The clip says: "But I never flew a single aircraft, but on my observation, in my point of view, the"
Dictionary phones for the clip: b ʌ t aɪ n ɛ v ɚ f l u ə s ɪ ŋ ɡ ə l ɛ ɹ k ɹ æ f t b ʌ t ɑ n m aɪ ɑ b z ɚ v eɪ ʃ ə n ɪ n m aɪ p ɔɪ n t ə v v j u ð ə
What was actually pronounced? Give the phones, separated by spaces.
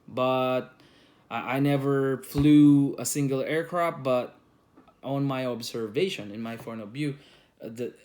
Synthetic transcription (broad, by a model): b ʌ t aɪ n ɛ v ɚ f l u ə s ɪ ŋ ɡ ə l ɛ ɹ k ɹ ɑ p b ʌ t ɑ n m aɪ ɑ b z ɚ v eɪ ʃ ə n ɪ n m aɪ f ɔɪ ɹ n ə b j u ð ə